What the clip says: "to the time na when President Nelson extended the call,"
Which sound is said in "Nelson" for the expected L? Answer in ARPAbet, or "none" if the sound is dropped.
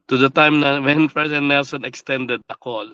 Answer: L